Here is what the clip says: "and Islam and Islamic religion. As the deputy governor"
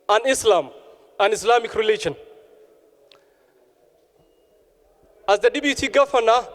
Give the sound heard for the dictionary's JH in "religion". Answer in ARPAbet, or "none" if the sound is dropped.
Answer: SH